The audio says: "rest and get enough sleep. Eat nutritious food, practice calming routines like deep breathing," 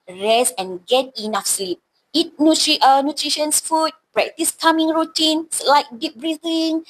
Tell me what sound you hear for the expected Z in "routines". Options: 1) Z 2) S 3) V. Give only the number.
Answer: 2